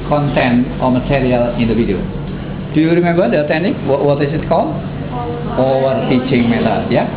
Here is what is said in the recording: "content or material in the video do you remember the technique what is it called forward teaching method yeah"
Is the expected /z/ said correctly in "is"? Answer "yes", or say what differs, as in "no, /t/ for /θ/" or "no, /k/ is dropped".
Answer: no, /s/ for /z/